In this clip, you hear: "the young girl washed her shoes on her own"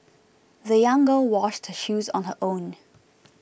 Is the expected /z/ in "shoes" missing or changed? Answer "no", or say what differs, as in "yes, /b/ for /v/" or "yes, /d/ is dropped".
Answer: no